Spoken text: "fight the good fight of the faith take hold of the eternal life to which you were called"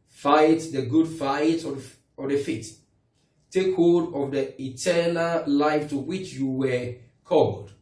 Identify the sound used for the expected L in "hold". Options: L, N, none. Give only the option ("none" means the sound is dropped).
none